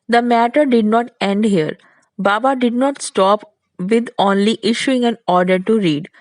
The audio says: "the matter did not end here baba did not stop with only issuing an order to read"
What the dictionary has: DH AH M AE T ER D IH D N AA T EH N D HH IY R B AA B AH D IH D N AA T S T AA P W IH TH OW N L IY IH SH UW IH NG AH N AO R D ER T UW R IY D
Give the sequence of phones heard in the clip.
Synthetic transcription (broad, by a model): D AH M AE T ER D IH D N AA T EH N D HH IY R B AA B AH D IH D N AA T S T AA P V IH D OW N L IY IH SH UW IH NG AH N AO R D ER T UW R IY D